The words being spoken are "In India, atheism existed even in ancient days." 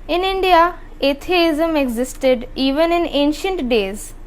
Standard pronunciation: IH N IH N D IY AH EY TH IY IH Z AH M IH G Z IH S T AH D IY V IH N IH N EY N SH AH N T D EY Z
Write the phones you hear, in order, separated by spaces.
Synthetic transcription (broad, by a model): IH N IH N D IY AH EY T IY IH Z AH M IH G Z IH S T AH D IY V IH N IH N EY N SH AH N T D EY Z